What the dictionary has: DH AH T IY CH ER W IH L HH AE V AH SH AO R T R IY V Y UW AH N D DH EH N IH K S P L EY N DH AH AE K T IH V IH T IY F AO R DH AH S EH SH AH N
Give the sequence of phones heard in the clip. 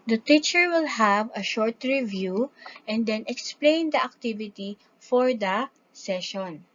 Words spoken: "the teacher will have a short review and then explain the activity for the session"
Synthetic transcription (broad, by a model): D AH T IY CH ER W IH L HH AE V AH SH AO R T R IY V Y UW AH N D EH N IH K S P L EY N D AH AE K T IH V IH T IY F AO R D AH S EH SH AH N